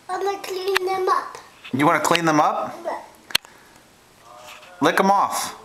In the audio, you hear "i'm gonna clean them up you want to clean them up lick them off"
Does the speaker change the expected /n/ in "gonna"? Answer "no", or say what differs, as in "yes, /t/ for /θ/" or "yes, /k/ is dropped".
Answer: yes, /l/ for /n/